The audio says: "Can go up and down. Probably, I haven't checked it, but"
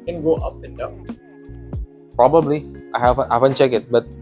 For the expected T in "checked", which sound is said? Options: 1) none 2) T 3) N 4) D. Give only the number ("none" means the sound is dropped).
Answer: 1